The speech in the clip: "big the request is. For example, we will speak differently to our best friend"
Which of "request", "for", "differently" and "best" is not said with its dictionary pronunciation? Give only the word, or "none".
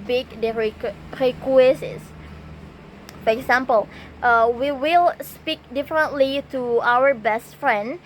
request